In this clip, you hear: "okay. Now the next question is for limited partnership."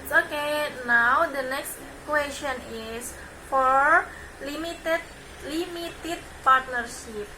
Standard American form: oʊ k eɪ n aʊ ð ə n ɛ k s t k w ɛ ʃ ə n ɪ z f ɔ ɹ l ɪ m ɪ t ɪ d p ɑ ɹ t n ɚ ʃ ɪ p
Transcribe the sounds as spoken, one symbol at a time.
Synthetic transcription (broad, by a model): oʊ k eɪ n aʊ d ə n ɛ k s t k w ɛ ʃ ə n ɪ s f ɔ ɹ l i m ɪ t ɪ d p ɑ ɹ t n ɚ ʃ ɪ p